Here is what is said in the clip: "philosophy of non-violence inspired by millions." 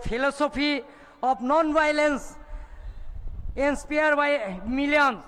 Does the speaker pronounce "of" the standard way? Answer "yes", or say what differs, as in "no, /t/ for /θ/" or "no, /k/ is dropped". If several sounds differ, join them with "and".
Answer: no, /p/ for /v/